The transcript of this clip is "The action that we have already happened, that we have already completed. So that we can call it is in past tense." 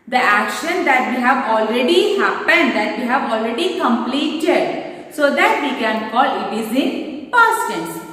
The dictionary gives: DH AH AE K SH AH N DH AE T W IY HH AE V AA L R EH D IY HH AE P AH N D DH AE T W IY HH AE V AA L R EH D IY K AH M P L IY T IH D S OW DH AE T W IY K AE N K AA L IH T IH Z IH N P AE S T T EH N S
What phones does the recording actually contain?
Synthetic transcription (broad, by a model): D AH AE K SH AH N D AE T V IY HH AE V AA L R EH D IY HH AE P AH N D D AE T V IY HH AE V AA L R EH D IY K AH M P L IY T IH D S OW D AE T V IY K AE N K AA L IH T IH Z IH N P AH T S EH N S